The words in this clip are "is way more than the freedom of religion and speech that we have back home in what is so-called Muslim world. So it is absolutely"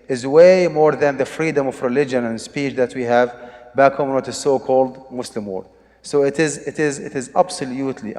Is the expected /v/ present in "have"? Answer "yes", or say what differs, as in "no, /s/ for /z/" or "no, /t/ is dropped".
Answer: yes